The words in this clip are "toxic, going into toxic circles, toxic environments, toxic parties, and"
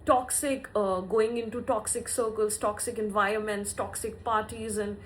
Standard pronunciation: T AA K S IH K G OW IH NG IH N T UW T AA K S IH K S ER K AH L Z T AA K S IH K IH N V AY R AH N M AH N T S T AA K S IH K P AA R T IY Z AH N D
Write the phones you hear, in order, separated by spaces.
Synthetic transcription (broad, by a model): T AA K S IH K G OW IH NG IH N T UW T AA K S IH K S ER K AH L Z T AA K S IH K IH N V AY R AH N M AH N T S T AA K S IH K P AA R T IY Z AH N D